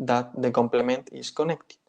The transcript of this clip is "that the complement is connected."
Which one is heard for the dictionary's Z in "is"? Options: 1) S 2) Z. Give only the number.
1